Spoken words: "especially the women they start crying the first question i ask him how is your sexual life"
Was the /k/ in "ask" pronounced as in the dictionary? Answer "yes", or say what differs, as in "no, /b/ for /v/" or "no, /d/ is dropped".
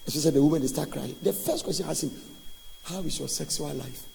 no, /k/ is dropped